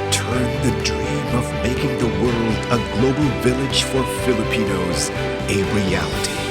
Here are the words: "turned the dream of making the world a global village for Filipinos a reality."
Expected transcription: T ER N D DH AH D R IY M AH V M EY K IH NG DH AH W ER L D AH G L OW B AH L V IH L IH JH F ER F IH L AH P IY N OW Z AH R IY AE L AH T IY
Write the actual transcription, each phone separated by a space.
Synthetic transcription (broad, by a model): T ER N DH AH D R IY M AH V M EY K IH NG DH AH W ER L D AH G L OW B L V IH L IH JH F ER F IH L AH P IY N OW Z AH R IY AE L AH T IY